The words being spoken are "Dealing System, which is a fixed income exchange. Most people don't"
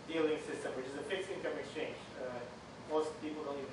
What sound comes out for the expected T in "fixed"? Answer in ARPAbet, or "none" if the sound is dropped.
none